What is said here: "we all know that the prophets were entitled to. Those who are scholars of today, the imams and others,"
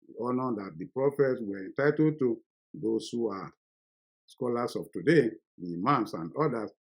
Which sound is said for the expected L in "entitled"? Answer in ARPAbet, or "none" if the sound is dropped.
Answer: none